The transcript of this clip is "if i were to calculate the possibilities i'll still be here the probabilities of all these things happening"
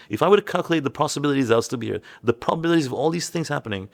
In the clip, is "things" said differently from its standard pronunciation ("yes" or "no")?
no